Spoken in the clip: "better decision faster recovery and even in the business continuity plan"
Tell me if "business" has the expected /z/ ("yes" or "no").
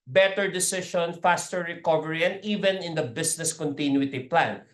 no